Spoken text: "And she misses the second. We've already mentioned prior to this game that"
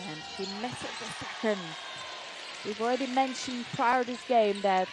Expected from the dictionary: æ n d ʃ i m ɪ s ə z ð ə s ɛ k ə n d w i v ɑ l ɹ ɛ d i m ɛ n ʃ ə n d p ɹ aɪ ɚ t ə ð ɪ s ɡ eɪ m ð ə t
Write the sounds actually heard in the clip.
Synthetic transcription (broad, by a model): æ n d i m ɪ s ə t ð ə s ɛ k ə n d w i v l ɹ ɛ d i m ɛ n ʃ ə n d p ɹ aɪ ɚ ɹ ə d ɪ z ɡ eɪ m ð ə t